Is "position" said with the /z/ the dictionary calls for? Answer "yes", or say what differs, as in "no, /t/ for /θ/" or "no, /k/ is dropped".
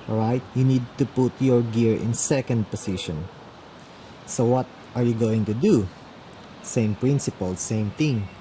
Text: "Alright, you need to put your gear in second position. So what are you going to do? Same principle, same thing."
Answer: no, /s/ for /z/